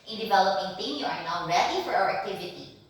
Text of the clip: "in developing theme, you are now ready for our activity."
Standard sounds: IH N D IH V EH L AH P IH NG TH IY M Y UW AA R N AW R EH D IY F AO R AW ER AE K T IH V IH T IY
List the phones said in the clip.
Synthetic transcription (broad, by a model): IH N D IH V EH L AH P IH NG T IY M Y UW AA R N AW R EH D IY F AO R AW ER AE K T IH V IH T IY